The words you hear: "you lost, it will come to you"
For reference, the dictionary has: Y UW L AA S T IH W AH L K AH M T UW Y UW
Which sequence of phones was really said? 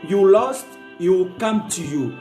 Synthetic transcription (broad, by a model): Y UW L AA S T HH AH W K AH M T UW Y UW